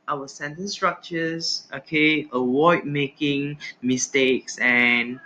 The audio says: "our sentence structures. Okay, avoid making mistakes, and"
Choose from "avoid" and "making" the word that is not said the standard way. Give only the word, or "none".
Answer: avoid